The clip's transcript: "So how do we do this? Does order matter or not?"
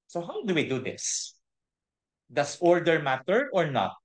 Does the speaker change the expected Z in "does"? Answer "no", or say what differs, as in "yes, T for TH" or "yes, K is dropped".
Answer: yes, S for Z